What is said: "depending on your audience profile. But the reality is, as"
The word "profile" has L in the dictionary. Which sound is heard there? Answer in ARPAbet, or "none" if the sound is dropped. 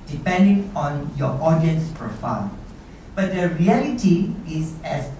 N